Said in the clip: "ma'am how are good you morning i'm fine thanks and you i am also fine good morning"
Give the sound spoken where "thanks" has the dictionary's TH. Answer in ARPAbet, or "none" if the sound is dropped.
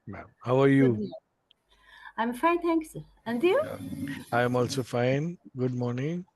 T